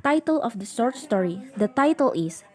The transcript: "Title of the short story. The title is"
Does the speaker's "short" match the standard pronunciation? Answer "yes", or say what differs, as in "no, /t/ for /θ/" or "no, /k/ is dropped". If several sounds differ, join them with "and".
no, /s/ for /ʃ/